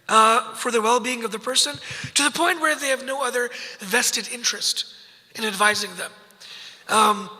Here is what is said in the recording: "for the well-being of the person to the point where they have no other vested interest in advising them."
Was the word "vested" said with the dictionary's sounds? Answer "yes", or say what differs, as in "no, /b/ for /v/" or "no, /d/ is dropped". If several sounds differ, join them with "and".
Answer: yes